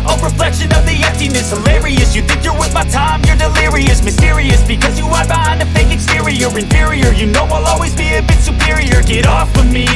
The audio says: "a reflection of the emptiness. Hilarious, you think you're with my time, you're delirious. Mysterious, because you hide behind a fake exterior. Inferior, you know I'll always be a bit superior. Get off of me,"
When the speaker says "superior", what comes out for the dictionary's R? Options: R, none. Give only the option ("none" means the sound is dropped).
R